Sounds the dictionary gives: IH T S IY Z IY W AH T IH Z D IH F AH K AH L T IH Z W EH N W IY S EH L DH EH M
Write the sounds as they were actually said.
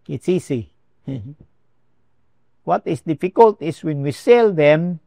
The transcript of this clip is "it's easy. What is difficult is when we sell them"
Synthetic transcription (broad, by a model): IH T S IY S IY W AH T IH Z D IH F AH K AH L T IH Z W EH N W IY S EH L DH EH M